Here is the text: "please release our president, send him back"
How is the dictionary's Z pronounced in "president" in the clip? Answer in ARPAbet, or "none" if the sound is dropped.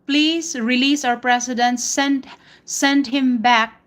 S